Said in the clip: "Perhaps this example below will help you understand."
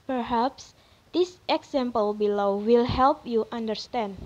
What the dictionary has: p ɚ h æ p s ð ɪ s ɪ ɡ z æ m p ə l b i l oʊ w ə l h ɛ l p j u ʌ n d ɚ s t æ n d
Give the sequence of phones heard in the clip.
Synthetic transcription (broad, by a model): p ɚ h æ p s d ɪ s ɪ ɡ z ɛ m p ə l b i l oʊ w ə l h ɛ l p j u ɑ n d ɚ s t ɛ n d